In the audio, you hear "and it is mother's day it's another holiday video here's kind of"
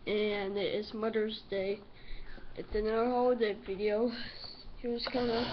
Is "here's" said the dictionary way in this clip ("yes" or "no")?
no